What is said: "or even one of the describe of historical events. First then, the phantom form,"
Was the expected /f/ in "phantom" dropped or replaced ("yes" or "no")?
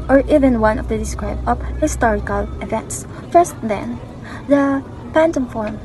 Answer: yes